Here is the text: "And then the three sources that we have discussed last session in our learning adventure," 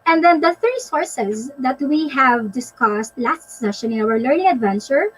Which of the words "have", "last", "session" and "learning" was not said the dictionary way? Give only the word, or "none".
none